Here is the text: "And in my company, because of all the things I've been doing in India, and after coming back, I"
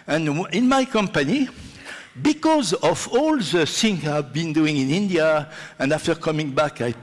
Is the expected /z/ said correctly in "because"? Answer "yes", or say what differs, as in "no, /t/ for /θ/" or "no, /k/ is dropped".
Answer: yes